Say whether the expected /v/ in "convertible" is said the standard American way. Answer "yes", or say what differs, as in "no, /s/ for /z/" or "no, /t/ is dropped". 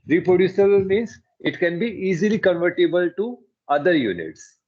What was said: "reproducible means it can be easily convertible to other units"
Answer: yes